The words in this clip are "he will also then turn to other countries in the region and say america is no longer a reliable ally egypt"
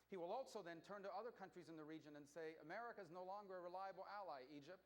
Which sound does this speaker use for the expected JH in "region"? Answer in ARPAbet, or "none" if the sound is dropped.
JH